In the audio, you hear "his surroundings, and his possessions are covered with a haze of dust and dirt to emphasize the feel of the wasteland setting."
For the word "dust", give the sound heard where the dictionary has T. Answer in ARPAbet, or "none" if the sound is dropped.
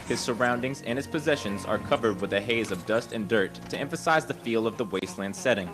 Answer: T